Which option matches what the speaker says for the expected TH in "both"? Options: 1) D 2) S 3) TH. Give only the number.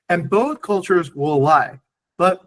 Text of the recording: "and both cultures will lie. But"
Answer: 3